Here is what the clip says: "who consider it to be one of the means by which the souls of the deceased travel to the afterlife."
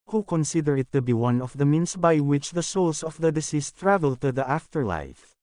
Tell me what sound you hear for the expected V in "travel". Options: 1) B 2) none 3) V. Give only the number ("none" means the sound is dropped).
3